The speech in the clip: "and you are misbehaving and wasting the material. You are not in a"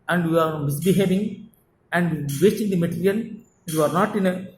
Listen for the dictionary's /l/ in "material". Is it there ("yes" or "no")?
no